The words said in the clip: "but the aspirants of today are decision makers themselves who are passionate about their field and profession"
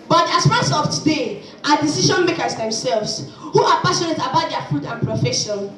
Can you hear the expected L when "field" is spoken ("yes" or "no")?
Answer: no